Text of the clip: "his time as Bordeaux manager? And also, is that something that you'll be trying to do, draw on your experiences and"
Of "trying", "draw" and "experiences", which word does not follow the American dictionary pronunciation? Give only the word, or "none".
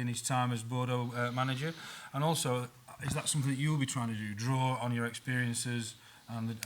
none